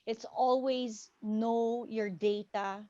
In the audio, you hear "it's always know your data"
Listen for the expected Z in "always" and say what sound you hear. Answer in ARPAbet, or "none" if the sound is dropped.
Z